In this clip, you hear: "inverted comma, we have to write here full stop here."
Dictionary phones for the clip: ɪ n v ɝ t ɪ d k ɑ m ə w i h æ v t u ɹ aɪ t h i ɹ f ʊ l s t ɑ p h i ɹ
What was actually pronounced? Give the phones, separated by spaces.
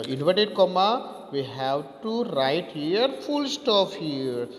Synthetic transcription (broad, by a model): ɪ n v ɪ t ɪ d k ɑ m ə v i h æ v t u ɹ aɪ t h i ɹ f ʊ l s t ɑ f h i ɹ